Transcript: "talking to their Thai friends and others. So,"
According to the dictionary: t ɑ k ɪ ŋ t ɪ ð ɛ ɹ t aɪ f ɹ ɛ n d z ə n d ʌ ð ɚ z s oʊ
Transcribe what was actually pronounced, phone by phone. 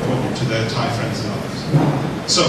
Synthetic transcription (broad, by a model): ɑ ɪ t ɪ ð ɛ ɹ t aɪ f ɹ ɛ n d z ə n ʌ ð ɚ z s oʊ